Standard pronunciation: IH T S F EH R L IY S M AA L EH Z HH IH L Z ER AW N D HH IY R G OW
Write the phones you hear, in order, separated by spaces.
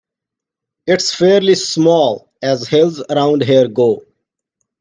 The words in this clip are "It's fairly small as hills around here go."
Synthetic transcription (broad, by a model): IH T S F EH R L IY S M AA L EH Z HH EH L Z ER AW N D HH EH R G OW